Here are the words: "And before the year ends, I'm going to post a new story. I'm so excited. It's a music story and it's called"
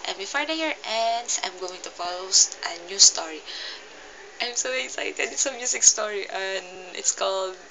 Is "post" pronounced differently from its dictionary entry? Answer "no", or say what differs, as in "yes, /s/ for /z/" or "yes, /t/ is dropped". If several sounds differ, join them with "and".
yes, /f/ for /p/